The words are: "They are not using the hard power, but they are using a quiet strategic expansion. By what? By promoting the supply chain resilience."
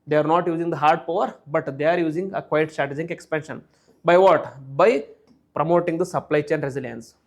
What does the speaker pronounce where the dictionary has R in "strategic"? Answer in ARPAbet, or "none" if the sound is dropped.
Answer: none